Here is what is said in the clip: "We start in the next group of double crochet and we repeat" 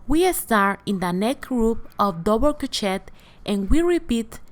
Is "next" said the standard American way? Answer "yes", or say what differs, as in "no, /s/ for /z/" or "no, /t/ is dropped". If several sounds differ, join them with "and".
no, /s/ is dropped